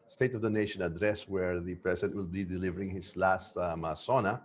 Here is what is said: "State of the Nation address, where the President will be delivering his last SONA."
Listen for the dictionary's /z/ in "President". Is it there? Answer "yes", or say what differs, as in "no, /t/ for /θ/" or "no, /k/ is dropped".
no, /s/ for /z/